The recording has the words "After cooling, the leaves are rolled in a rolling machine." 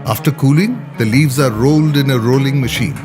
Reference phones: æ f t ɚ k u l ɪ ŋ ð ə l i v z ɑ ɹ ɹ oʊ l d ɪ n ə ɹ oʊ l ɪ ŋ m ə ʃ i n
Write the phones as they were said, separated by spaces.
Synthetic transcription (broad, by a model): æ f t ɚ k u l ɪ ŋ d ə l i v z ɑ ɹ ɹ oʊ l d ɪ n ə ɹ oʊ l ɪ ŋ m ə ʃ i n